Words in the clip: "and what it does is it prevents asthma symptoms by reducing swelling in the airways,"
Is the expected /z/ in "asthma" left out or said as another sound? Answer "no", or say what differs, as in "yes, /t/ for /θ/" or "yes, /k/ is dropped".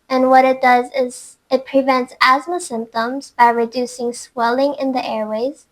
no